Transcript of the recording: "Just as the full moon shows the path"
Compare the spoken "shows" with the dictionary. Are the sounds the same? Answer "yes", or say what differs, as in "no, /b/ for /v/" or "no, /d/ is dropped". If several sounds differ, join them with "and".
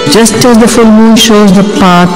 yes